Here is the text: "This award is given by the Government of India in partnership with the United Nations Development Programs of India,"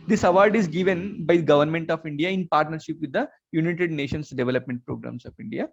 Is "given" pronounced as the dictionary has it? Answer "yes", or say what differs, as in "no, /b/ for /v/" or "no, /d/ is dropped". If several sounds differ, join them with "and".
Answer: yes